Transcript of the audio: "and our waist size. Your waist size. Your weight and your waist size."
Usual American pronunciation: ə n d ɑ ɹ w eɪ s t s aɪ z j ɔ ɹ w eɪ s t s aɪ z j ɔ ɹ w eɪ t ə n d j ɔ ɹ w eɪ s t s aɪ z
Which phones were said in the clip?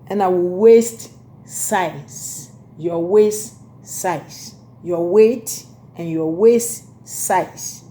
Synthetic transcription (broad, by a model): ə n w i l w eɪ s t s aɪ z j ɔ w eɪ s t s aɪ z j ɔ w eɪ t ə n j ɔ w eɪ s t s aɪ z